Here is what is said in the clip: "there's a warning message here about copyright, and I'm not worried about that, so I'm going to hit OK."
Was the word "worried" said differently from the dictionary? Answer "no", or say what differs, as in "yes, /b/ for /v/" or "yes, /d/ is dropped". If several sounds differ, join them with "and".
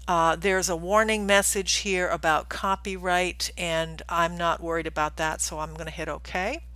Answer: no